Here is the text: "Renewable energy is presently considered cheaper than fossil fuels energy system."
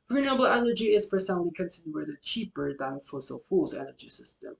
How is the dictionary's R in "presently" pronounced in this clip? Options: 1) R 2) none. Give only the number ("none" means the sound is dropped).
2